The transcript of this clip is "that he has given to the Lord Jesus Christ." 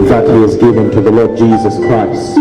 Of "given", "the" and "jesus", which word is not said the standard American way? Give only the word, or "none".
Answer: none